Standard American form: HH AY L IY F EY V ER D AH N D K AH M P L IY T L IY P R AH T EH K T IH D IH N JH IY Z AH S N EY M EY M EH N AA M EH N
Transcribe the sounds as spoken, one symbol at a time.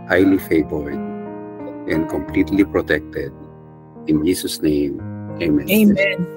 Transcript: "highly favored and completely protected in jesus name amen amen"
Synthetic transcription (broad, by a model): HH AY L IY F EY B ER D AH N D K AH M P L IY T L IY P R AH T EH K T IH D IH N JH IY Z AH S N EY M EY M M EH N